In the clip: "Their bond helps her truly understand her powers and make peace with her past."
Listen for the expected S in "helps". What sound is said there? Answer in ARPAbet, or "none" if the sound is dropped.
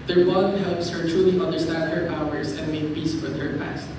S